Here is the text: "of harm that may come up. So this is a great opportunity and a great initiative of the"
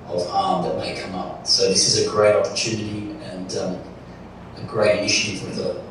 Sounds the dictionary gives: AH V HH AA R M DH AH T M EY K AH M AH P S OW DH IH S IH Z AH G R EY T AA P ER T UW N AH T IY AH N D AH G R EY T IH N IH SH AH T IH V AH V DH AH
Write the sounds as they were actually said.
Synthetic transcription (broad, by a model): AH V HH AA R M DH AH T M EY K AH M AH P S OW DH IH S IH Z AH G R EY T AA P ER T UW N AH T IY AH N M AH G R EY IH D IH SH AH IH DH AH